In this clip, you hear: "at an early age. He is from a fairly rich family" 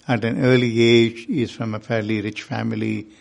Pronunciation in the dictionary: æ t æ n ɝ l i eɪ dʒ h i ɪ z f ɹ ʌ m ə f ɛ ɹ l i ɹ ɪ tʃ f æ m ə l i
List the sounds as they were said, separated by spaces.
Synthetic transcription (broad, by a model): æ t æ n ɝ l i eɪ dʒ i ɪ z f ɹ ʌ m ə f ɛ ɹ l i ɹ ɪ tʃ f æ m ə l i